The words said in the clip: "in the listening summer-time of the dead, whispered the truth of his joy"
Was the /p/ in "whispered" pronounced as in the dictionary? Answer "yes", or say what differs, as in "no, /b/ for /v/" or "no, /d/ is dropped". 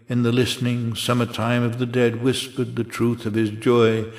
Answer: yes